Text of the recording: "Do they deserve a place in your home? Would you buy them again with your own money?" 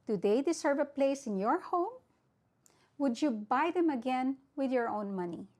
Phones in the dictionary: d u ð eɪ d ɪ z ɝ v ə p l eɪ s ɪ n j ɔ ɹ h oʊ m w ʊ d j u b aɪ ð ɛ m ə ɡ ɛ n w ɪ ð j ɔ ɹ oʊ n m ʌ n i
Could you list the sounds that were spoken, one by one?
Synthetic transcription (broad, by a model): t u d eɪ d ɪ s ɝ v ə p l eɪ s ɪ n j ɔ ɹ h oʊ m w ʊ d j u b aɪ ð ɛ m ə ɡ ɛ n w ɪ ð j ɔ ɹ oʊ n m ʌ n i